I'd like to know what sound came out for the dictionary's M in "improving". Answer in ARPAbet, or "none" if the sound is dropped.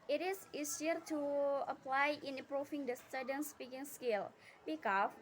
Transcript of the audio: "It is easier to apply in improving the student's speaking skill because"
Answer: none